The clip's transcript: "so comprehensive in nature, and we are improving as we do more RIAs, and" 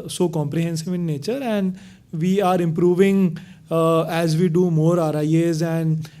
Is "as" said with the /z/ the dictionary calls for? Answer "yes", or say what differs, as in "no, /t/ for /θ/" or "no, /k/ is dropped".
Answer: yes